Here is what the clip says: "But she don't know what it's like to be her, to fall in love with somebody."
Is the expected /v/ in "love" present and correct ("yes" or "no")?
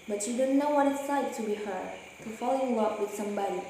no